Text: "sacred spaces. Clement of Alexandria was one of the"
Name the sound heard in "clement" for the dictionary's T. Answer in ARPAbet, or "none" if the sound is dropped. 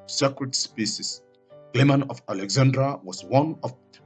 none